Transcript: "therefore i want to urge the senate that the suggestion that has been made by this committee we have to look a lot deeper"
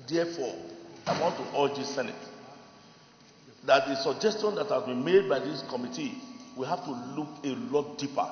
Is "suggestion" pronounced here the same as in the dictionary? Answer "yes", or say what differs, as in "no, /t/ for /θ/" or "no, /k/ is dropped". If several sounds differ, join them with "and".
yes